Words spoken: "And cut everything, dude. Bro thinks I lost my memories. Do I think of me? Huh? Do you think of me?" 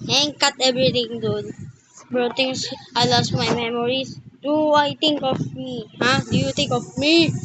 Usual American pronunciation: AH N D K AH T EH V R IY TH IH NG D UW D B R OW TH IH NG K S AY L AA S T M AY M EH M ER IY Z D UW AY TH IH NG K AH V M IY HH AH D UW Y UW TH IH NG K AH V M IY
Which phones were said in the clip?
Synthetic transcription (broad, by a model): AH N K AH T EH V R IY T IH NG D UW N B R OW T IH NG S AY L AA S T M AY M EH M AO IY S D UW AY T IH NG K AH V M IY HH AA D UW Y UW T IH NG K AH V M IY